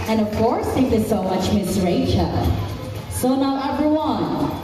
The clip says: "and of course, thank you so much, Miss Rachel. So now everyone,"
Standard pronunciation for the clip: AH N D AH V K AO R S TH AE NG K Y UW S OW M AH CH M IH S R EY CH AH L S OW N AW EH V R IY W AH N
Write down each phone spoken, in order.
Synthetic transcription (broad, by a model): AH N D AH V K AO R S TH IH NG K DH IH S OW M AH CH M IH S R EY CH AH L S OW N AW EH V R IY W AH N